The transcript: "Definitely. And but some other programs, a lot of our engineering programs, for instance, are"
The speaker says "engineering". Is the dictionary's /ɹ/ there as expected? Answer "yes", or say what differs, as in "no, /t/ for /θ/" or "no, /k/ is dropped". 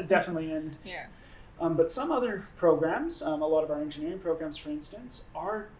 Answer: yes